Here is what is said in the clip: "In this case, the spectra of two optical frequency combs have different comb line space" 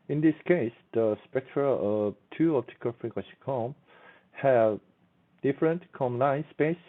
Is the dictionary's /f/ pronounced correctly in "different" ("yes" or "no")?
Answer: yes